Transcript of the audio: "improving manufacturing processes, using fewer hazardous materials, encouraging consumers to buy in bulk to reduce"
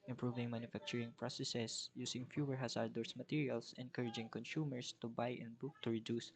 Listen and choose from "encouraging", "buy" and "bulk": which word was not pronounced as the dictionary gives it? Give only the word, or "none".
bulk